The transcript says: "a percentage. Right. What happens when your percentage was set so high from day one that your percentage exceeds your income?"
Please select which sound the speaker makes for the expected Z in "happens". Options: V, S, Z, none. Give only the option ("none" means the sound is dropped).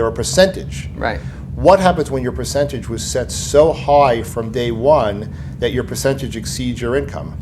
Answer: Z